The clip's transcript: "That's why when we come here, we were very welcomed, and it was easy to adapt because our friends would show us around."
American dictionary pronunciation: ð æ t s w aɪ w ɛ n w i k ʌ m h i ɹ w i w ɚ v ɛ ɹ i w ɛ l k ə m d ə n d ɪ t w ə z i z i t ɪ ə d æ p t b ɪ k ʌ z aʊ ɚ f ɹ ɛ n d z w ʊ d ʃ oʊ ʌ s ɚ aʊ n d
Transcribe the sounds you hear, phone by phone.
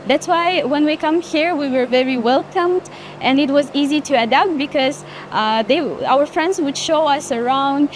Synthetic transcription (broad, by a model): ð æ t s w aɪ w ɛ n w i k ʌ m h i ɹ w i w ɚ v ɛ ɹ i w ɛ l k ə m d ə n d ɪ t w ə z i z i t ɪ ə d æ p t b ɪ k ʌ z aʊ ɚ f ɹ ɛ n d z w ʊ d ʃ oʊ ʌ s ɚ aʊ n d